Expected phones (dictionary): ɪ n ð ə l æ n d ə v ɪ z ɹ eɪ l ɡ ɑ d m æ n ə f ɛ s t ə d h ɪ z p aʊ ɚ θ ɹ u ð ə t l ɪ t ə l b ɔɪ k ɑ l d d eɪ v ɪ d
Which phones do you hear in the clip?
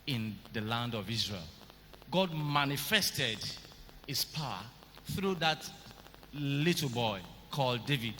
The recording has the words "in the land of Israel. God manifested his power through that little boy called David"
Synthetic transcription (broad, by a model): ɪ n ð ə l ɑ n d ə v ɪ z ɹ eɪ l ɡ ɑ d m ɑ n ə f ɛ s t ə d h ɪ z p aʊ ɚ θ ɹ u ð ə t l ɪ t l b ɔɪ k ɑ l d d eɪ v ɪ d